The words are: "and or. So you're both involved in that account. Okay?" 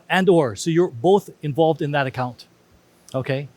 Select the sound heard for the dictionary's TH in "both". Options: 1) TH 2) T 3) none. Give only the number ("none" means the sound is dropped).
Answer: 1